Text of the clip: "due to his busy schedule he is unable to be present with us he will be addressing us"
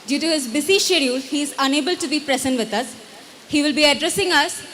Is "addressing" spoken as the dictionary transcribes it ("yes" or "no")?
yes